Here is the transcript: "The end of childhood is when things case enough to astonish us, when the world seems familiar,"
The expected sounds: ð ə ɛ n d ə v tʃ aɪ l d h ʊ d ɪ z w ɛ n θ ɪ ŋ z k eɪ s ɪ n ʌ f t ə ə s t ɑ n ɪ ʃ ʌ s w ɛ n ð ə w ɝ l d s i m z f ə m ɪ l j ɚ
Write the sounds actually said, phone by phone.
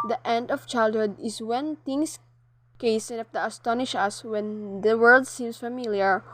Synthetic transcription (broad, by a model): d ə ɛ n d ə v tʃ aɪ l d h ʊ d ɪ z w ɛ n t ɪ ŋ s k eɪ s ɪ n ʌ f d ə ə s t ɑ n ɪ ʃ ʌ s w ɛ n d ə w ɝ l d s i m s f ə m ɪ l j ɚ